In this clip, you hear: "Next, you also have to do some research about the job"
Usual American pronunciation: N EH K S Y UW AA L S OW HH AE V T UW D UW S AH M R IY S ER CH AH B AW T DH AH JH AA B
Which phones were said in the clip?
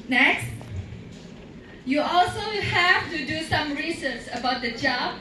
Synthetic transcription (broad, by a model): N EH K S Y UW AA L S OW HH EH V T UW D UW S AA M R IY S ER S AH B AW T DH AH JH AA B